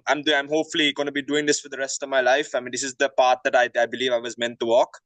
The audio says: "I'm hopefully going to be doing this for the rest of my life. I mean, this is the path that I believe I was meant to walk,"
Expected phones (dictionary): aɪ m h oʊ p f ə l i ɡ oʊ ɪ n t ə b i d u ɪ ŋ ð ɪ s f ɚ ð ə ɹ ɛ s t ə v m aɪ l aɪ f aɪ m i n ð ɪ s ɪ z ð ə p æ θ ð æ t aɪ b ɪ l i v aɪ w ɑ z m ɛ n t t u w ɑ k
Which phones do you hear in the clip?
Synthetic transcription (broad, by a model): aɪ m h oʊ p f ə l i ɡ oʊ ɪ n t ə b i d u ɪ ŋ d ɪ s f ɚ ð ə ɹ ɛ s t ə v m aɪ l aɪ f aɪ m i n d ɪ s ɪ z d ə p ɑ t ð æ t aɪ b ɪ l i v aɪ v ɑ z m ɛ n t t u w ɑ k